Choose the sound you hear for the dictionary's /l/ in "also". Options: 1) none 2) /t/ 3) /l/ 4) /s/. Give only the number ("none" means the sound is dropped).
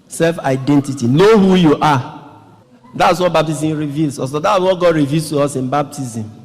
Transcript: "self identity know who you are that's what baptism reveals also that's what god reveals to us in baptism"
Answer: 1